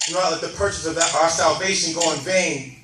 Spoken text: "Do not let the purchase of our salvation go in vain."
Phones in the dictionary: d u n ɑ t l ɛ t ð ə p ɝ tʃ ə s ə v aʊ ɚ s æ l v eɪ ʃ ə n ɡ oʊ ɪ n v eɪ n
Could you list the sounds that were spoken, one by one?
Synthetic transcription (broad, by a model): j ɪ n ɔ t l ɛ t ð ə p ɝ tʃ ə s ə v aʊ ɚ s æ l v eɪ ʃ ə n ɡ oʊ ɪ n v eɪ n